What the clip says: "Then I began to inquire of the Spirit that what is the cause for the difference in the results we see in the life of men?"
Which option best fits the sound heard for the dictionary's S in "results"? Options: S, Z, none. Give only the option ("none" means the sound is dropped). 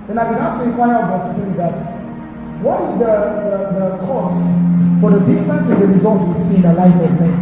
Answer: none